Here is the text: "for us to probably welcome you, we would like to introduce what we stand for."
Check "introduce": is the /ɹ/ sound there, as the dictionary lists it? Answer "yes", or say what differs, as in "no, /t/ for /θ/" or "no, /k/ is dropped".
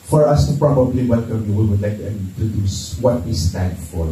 no, /ɹ/ is dropped